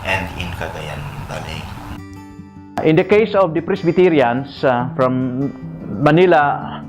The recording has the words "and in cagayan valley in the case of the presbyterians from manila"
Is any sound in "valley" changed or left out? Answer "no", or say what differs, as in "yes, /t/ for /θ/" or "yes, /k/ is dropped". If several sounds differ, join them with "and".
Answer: yes, /b/ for /v/